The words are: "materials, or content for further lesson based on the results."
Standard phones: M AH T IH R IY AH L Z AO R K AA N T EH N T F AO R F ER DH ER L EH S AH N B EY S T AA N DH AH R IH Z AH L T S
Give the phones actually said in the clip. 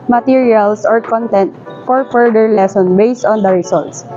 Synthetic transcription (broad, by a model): M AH T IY R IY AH L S AO R K AA N T EH N T F AO R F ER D ER L EH S AH N B EY S T AA N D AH R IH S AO L T S